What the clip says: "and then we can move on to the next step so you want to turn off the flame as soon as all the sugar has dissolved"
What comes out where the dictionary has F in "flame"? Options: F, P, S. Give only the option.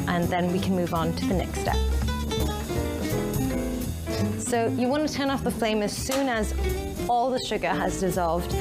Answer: F